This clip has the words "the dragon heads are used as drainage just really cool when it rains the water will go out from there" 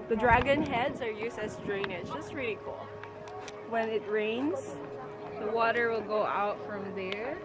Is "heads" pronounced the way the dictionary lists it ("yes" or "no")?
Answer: yes